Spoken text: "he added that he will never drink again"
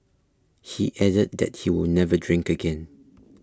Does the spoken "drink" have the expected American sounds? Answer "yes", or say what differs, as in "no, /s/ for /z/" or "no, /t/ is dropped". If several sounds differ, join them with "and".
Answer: yes